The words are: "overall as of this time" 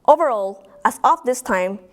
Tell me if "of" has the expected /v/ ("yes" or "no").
no